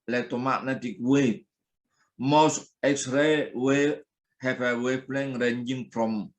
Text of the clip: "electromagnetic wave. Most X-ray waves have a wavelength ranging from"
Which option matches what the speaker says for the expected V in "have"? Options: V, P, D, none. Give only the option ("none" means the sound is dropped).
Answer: P